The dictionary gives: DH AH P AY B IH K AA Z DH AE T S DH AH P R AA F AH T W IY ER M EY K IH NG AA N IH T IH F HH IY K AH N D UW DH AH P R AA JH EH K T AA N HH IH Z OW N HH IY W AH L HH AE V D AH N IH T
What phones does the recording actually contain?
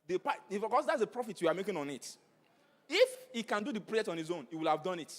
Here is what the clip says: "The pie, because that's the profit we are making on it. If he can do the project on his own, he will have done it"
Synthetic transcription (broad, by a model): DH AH P AY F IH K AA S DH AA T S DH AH P R AA F AH T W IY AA M EY K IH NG AA N IH T IH F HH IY K AH N D UW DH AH P R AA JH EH K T AA N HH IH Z OW N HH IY W AH L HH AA V D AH N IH T